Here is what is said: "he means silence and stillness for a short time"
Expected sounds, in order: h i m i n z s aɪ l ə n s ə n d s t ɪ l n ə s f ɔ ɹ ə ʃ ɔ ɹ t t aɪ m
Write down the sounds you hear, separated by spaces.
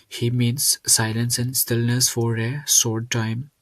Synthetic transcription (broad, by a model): h i m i n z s aɪ l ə n s ə n d s t ɪ l n ə s f ɔ ɹ ə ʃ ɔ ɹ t t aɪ m